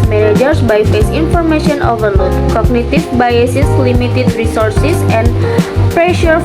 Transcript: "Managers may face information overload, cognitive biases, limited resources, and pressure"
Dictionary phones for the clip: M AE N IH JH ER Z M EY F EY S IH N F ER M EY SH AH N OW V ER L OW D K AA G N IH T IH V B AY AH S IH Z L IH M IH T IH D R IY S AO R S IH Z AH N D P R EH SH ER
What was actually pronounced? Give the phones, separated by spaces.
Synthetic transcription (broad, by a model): M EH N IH JH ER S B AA F EY S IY N F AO M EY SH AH N OW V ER L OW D K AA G N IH T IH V B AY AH S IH S L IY M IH T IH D R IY S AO R S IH S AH N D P R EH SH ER